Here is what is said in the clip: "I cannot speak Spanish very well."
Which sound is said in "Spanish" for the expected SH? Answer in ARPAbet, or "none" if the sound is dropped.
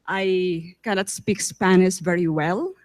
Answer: S